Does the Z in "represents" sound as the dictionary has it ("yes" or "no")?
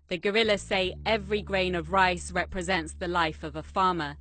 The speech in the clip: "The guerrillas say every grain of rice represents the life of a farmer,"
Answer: yes